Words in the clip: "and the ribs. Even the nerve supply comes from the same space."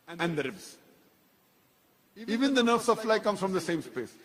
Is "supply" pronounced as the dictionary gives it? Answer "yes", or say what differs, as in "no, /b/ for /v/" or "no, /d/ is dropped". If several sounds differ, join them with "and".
no, /f/ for /p/